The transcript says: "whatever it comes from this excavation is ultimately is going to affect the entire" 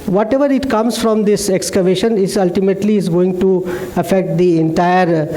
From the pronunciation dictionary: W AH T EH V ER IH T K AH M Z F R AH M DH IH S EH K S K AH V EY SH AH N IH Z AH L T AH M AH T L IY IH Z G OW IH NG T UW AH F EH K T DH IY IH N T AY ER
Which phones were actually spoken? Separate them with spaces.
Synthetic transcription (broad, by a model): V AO T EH V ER IH T K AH M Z F R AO M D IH S EH K S K AH V EY SH AH N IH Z AH L T AH M AH T L IY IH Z G OW IH NG T UW AH F EH K T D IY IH N T AY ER